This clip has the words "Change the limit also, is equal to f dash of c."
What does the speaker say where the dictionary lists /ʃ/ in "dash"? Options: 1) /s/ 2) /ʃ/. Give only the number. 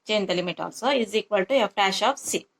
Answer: 2